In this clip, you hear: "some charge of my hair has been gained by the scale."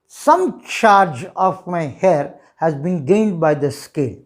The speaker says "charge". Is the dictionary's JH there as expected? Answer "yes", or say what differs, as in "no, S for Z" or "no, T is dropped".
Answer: yes